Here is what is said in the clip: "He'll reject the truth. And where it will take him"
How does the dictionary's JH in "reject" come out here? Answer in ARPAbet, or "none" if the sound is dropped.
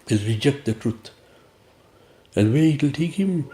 JH